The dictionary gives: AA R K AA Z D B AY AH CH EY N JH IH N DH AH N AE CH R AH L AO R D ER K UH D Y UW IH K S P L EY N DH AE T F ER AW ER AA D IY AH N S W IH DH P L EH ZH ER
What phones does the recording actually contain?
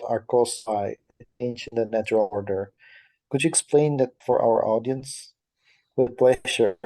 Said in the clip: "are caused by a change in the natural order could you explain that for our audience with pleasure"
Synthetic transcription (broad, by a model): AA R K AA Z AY AH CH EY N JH IH N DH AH N AE CH R AH L AO R D ER K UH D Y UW IH K S P L EY N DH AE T F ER AW ER AA D IY AH N S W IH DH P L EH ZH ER